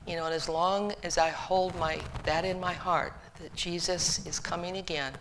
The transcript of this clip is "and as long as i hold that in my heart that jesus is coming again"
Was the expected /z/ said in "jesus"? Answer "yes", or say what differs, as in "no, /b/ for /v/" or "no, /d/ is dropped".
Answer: yes